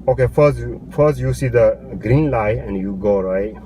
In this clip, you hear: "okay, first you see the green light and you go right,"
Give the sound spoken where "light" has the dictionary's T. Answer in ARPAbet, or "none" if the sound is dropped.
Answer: none